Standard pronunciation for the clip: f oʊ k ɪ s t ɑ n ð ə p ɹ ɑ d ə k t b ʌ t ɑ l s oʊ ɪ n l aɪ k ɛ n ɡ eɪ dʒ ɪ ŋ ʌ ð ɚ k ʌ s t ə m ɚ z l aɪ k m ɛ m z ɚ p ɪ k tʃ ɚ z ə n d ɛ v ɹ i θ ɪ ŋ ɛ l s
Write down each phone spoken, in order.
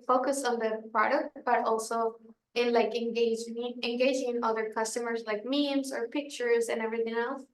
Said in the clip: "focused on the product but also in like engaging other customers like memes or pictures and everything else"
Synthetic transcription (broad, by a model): f oʊ k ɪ s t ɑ n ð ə p ɹ ɑ d ə k t b ʌ t ɑ l s oʊ ɪ n l aɪ k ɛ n ɡ eɪ dʒ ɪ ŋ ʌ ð ɚ k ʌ s t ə m ɚ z l aɪ k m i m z ɚ p ɪ k tʃ ɚ z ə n ɛ v ɹ i θ ɪ ŋ ɛ l s